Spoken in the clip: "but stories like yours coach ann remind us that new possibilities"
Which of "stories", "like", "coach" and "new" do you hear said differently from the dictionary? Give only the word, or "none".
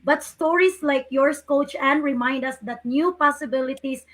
stories